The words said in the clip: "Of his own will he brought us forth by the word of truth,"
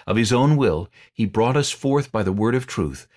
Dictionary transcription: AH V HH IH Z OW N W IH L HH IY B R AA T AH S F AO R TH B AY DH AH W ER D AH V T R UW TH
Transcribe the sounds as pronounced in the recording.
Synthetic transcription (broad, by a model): AH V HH IH Z OW N W IH L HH IY B R AA T AH S F AO R TH B AY DH AH W ER D AH V T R UW TH